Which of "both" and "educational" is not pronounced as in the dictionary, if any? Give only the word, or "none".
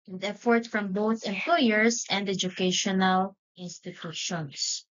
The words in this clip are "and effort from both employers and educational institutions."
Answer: none